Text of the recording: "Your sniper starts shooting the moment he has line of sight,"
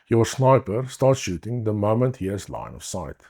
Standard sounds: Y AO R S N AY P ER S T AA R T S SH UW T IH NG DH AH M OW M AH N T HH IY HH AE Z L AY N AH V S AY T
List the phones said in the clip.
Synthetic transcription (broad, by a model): Y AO R S N AY P ER S T AA R T SH UW T IH NG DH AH M OW M AH N T HH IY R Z L AY N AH F S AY T